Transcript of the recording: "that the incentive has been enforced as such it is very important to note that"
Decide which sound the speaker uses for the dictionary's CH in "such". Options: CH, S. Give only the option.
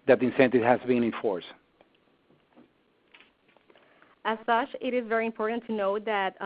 CH